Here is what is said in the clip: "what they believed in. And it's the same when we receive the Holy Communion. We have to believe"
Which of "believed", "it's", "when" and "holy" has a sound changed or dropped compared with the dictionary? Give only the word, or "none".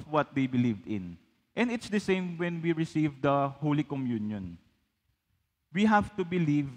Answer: none